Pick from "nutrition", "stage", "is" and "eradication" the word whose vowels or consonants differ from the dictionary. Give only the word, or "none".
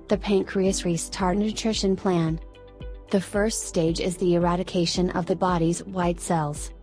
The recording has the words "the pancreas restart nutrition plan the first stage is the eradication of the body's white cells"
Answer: none